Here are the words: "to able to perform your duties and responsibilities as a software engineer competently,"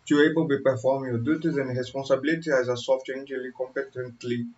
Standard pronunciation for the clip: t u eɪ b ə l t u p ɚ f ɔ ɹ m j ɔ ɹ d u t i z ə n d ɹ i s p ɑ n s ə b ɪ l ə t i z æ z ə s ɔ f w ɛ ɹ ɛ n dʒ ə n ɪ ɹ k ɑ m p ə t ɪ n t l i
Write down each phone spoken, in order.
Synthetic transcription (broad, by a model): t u eɪ b ə l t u p ɚ f ɔ ɹ m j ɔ d u t i z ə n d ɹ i s p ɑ n s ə b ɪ l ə t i æ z ə s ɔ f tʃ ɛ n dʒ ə l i k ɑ m p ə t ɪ n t l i